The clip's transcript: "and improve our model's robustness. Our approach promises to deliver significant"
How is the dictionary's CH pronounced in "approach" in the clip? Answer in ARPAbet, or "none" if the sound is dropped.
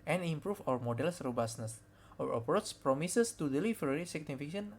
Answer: S